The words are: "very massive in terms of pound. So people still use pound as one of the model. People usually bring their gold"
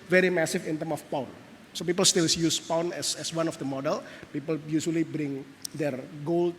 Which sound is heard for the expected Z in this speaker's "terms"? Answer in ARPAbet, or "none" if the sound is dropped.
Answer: none